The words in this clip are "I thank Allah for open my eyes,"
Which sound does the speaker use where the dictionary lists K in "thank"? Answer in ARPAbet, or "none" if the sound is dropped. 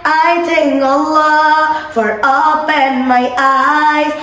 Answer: none